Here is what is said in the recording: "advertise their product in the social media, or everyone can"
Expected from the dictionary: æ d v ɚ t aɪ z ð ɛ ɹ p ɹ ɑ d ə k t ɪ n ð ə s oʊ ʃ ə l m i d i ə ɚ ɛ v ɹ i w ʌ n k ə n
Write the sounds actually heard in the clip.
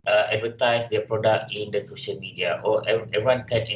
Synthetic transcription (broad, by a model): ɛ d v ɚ t aɪ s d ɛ p ɹ ɑ d ə k t ɪ n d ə s oʊ ʃ ə l m i d i ə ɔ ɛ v i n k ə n